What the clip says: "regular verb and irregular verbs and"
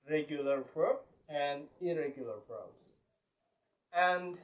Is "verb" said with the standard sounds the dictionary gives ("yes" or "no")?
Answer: no